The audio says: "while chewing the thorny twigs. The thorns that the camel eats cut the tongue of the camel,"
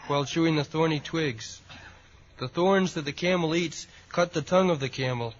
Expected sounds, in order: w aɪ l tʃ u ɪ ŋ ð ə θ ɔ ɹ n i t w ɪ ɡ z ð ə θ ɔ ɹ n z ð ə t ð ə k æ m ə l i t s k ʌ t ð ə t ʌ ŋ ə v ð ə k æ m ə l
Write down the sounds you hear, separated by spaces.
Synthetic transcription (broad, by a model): w aɪ l ʃ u ɪ ŋ ð ə θ ɔ ɹ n i t w ɪ ɡ z ð ə θ ɔ ɹ n z ð ə t ð ə k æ m l i t s k ʌ t ð ə t ʌ ŋ ə v ð ə k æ m l